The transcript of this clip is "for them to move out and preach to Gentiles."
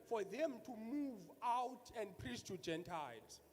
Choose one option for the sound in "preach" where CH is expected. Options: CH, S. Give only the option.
S